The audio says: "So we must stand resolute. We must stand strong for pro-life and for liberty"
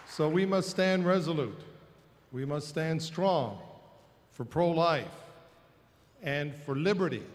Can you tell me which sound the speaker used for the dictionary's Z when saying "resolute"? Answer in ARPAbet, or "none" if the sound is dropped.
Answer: Z